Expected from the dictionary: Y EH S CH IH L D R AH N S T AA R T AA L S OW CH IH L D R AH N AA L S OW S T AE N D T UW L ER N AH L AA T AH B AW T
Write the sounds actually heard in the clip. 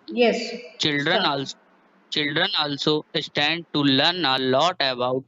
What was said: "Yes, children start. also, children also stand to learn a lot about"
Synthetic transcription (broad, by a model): Y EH S CH IH L D R AH N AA AA L S OW CH IH L D R AH N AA L S OW S T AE N D T UW L ER N AH L AA T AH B AW T